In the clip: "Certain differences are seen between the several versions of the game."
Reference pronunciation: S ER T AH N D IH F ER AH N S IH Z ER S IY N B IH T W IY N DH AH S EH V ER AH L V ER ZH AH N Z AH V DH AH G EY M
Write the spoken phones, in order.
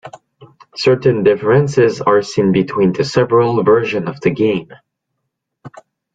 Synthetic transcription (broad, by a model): S ER T AH N D IH F ER AH N S IH Z ER S IY N B IH T W IY N DH AH S EH V ER AH L V ER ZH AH N AH V DH AH G EY M